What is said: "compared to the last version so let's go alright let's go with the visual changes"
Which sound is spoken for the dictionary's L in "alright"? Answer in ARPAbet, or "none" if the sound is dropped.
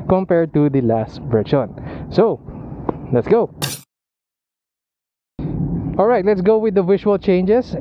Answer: L